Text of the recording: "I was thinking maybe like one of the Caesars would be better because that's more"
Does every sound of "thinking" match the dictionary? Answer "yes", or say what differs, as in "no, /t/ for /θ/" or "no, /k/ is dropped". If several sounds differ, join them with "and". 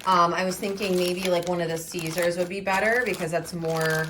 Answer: yes